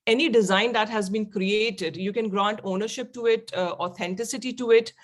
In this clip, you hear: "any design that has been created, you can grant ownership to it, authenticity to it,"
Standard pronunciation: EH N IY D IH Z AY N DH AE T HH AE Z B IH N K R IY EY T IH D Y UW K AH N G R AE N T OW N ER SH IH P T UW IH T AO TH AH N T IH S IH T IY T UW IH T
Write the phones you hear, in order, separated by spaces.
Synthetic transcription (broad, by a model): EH N IY D IH Z AY N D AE T HH AE Z B IH N K R IY EY T IH D Y UW K AH N G R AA N T OW N ER SH IH P T UW IH T AO T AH N T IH S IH T IY T UW IH T